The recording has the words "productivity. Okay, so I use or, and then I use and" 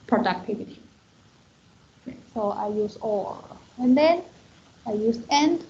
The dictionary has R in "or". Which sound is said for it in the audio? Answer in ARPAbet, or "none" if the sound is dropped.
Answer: L